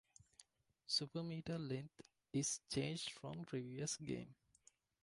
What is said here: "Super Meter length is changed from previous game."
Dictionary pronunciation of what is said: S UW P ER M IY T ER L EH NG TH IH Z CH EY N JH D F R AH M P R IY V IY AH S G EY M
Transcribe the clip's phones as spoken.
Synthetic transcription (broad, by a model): S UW P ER M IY T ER L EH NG T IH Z CH EY N JH D F R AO M P R IY V IY AH S G EY M